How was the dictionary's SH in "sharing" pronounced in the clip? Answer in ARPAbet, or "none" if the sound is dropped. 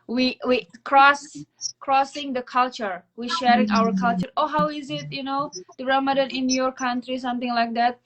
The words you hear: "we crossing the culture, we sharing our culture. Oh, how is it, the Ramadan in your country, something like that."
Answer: SH